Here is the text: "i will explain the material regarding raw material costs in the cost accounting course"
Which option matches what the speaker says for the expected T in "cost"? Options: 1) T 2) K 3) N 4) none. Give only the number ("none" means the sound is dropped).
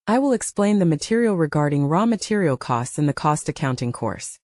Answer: 1